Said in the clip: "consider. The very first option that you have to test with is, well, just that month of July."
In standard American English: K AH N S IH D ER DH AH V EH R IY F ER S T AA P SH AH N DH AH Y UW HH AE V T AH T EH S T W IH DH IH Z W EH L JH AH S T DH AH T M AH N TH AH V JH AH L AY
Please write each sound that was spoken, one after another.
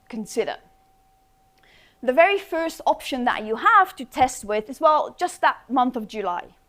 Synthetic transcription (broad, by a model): K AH N S IH D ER DH AH V EH R IY F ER S T AA P SH AH N DH AH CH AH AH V T AH T EH S T W IH DH IH Z W EH L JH AH S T DH AH T M AH N TH AH V JH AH L AY